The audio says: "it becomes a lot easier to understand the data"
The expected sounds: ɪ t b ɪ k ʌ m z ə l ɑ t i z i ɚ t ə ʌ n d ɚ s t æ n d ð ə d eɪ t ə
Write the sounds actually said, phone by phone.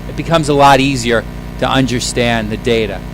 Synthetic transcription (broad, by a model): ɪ t b ɪ k ʌ m z ə l ɑ t i z i ɚ t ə ʌ n d ɚ s t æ n ð ə d eɪ t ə